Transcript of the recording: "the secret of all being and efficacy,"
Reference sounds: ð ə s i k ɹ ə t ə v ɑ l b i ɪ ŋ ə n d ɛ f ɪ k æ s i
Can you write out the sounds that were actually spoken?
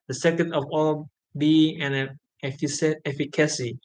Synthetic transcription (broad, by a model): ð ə s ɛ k ə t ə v ɑ l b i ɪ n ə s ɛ f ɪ k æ s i